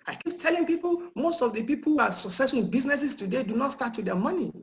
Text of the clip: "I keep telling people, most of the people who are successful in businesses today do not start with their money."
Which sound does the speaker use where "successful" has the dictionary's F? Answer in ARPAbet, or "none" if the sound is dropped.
none